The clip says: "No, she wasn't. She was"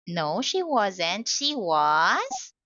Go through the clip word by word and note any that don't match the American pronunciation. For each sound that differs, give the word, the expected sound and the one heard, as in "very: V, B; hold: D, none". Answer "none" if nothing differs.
none